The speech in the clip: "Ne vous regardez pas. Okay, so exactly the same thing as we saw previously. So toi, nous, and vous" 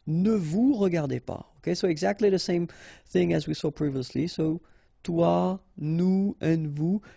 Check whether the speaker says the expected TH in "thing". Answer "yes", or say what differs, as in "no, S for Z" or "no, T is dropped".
yes